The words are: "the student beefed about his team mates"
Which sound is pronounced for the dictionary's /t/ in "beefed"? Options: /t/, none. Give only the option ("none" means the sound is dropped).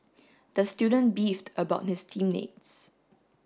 /t/